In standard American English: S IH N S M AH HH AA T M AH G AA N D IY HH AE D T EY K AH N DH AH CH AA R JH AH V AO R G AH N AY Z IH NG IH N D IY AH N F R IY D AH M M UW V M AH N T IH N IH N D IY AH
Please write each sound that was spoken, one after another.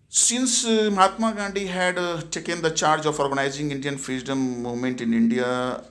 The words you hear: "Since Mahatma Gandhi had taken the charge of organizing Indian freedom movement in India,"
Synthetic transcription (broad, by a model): S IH N S M AH HH AA T M AH G AA N D IY HH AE D T EY K AH N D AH CH AA R JH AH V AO R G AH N AY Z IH NG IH N D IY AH N F R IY D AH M M UW V M AH N T IH N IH N D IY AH